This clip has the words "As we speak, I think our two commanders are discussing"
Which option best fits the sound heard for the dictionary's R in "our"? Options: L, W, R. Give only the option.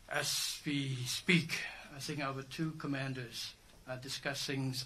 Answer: W